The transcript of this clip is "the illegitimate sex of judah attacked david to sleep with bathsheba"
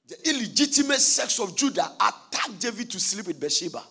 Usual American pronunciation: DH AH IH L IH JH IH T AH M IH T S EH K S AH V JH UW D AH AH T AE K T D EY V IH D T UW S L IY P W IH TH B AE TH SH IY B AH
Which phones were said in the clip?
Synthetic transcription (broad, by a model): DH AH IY L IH JH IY T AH M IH T S EH K S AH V JH UW D AH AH T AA K D EY V IH D T UW S L IY P W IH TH B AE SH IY B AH